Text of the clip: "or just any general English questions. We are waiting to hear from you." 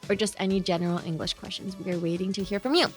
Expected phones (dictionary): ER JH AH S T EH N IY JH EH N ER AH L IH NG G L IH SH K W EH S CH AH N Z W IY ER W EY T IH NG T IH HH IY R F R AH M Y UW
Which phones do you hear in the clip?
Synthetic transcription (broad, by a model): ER JH AH S T EH N IY JH EH N ER L IH NG G L IH SH K W EH S CH AH N Z W IY ER W EY T IH NG T IH HH IY R F R AH M Y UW